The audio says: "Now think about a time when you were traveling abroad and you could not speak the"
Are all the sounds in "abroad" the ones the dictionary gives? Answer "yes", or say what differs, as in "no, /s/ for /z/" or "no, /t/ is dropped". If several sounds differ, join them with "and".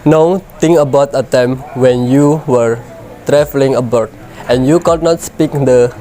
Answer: no, /ɹ/ is dropped